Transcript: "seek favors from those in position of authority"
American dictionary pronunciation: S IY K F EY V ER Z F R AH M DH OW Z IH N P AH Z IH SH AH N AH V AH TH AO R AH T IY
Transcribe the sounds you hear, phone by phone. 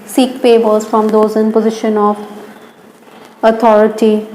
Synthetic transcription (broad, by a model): S IY K P EY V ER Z F R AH M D OW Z IH N P AH Z IH SH AH N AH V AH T AO R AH T IY